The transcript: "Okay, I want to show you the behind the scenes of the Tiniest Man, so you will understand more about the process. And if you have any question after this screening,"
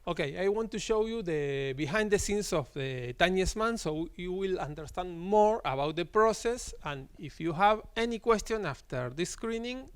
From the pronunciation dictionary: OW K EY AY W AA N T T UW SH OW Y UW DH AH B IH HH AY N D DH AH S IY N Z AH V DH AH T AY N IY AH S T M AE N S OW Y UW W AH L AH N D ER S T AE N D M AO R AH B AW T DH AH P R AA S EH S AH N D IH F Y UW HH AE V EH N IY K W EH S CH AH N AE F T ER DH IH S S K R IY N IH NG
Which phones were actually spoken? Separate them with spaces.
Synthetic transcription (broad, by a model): OW K EY AY W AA N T T UW SH OW Y UW DH AH B IH HH AY N D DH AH S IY N S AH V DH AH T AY N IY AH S M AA N S OW Y UW W AH L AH N D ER S T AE N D M AO R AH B AW T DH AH P R AA S EH S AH N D IH F Y UW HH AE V EH N IY K W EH S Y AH N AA F T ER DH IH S S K R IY N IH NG